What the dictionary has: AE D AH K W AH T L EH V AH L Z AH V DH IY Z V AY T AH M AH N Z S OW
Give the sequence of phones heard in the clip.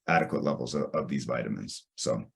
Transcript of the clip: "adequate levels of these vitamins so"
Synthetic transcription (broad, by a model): AE D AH K W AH T L EH V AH L Z AH V DH IY Z V AY T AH M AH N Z S OW